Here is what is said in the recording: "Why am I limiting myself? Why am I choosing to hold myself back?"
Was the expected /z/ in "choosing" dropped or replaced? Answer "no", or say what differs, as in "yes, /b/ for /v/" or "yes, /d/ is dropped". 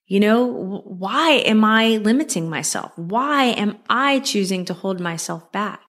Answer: no